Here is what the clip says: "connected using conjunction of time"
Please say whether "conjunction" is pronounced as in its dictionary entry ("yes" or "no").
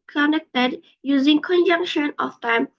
yes